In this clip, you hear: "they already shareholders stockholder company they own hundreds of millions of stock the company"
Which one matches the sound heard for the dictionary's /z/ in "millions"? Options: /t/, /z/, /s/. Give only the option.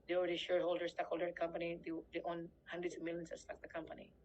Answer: /s/